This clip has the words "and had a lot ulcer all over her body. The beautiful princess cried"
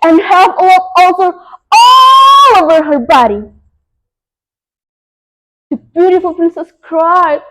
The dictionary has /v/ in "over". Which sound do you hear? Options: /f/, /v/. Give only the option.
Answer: /v/